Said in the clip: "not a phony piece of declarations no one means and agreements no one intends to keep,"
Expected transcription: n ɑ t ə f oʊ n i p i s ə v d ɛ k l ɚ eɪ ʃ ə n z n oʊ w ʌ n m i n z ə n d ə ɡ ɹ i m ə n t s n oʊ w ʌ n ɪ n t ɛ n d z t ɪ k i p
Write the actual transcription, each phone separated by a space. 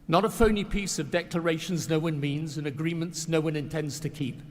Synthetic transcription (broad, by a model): n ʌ t ə f oʊ n i p i s ə v d ɛ k l ɚ eɪ ʃ ə n z n oʊ w ʌ n m i n z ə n ə ɡ ɹ i m ə n t s n oʊ w ʌ n ɪ n t ɛ n d z t ɪ k i p